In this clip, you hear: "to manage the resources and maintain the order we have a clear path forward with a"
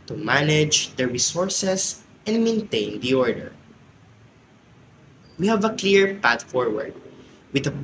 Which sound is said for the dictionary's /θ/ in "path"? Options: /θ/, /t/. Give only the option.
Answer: /t/